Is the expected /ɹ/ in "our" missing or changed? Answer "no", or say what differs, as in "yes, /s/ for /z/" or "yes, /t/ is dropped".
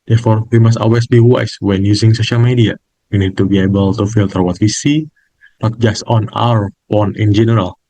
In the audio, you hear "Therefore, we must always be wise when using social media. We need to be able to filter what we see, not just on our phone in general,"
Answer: no